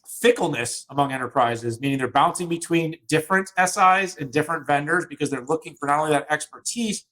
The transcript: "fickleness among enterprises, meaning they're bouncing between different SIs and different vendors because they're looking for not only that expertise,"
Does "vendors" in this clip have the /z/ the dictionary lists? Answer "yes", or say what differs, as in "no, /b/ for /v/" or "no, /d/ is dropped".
yes